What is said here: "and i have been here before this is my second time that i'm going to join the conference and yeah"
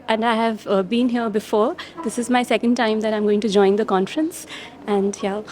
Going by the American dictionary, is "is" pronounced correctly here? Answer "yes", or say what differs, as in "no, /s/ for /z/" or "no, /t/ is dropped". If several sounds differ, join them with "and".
yes